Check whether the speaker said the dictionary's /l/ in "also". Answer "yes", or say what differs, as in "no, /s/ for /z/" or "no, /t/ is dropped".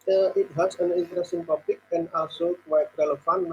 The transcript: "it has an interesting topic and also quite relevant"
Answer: no, /l/ is dropped